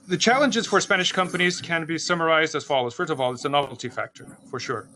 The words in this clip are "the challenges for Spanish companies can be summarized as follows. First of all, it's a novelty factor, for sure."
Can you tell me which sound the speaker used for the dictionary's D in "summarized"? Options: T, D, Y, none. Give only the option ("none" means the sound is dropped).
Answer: D